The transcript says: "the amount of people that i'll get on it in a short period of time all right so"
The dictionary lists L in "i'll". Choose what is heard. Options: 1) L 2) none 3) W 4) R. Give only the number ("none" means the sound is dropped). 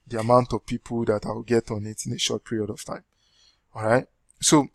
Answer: 3